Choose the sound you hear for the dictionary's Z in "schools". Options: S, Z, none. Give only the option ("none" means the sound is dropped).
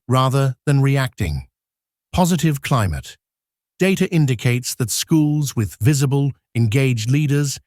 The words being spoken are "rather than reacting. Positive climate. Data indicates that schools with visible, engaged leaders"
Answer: Z